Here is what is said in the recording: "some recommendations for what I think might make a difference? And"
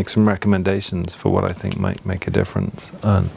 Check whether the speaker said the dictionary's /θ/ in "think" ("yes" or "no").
yes